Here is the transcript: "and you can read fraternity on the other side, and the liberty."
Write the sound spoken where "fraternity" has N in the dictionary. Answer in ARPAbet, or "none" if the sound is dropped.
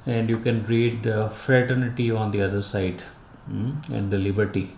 N